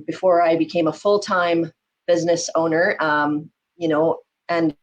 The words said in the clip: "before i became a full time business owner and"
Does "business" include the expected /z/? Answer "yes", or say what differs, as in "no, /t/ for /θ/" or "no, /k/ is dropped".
yes